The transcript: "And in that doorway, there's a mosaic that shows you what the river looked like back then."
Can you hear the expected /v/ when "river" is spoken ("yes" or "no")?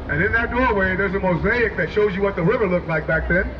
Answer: yes